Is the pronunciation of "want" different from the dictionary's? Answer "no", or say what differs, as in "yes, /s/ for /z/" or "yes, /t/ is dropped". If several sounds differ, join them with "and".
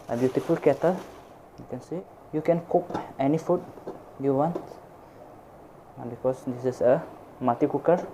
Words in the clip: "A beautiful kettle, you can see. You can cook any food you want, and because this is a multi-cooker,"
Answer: no